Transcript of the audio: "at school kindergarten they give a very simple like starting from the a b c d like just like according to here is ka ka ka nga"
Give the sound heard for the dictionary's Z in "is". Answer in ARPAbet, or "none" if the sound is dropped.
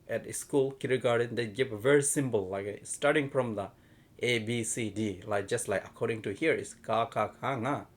S